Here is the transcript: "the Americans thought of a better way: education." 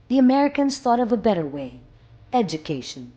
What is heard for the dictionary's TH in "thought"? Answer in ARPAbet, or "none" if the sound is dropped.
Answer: TH